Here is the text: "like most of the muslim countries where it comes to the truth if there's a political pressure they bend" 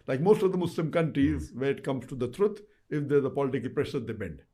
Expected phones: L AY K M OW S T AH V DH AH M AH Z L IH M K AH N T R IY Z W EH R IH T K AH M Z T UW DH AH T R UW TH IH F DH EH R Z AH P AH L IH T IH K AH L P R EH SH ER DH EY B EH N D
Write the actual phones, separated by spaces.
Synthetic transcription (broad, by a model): L AY K M OW S T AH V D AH M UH S L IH M K AH N T R IY Z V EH R IH T K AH M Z T UW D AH T R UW T IH F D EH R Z AH P AH L IH T IH K AH L P R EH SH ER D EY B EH N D